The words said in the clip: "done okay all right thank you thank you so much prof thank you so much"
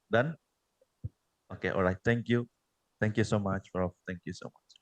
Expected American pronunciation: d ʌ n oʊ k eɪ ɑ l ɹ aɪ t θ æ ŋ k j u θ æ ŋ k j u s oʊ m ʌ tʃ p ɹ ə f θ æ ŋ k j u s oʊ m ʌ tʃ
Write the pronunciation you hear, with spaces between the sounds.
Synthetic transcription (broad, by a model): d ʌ n oʊ k eɪ ɑ l ɹ aɪ t t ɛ ŋ k j u t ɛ ŋ k j u s oʊ m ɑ tʃ f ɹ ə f t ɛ ŋ k j u s oʊ m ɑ tʃ